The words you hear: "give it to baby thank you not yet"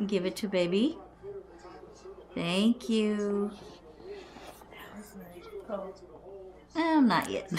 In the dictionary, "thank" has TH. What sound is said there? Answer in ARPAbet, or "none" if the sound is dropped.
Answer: TH